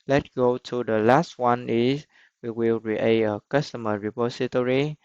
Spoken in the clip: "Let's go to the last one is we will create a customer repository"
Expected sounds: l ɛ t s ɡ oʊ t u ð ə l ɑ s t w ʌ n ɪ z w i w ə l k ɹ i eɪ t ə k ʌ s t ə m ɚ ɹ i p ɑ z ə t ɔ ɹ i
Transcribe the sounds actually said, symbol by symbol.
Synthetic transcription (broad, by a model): l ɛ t ɡ oʊ t u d ə l ɑ s t w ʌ n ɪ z w i w ə l ɹ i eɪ ə k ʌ s t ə m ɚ ɹ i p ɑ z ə t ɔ ɹ i